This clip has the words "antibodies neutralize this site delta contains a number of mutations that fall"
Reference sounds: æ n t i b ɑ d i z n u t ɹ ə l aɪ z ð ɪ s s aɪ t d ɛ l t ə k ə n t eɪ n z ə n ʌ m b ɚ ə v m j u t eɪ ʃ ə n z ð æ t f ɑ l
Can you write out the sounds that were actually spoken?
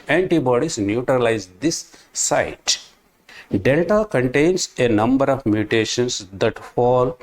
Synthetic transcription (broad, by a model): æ n t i b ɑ d i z n u t ɹ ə l aɪ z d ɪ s s aɪ t d ɛ l t ə k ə n t eɪ n s ə n ʌ m b ɚ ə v m j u t eɪ ʃ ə n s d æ t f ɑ l